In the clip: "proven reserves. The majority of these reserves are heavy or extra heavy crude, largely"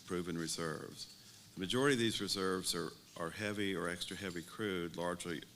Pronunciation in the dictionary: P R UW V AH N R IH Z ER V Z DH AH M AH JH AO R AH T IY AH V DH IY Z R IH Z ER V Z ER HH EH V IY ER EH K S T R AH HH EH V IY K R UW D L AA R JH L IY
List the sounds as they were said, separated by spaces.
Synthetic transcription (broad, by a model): P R UW V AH N R IH Z ER V Z DH AH M AH JH AO R AH T IY AH V DH IY Z R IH Z ER V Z ER HH EH V IY ER EH K S T R AH HH EH V IY K R UW D L AA R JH L IY